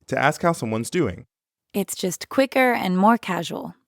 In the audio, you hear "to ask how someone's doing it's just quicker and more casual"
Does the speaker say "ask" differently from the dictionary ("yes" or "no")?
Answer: no